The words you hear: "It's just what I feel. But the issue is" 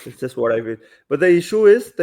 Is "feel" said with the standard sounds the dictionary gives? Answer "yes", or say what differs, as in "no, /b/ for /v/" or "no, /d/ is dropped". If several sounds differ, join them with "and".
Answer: no, /n/ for /l/